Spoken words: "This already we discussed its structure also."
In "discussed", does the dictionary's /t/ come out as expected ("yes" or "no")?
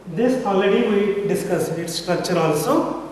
no